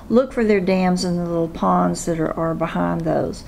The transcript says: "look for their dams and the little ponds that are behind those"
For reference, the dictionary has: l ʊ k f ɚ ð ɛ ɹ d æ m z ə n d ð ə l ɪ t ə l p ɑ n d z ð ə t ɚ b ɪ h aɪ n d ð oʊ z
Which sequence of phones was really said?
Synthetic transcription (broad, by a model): l ʊ k f ɚ ð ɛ ɹ d æ m z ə n ð ə l ɪ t l p ɑ n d z ð ə t ɚ b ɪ h aɪ n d ð oʊ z